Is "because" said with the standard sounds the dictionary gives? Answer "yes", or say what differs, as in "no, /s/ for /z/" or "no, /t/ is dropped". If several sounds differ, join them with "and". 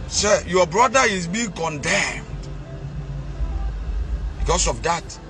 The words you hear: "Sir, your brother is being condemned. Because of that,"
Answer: no, /s/ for /z/